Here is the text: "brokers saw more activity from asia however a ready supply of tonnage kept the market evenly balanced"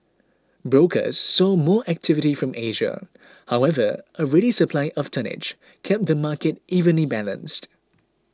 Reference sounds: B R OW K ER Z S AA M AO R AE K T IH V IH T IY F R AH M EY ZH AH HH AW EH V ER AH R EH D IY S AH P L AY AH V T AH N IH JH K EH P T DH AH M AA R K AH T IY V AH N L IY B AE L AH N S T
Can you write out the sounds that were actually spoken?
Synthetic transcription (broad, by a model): B R OW K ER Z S AA M AO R AE K T IH V IH T IY F R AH M EY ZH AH HH AW EH V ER AH R EH D IY S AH P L AY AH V T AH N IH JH K EH P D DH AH M AA K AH T IY V AH N L IY B AE L AH N S T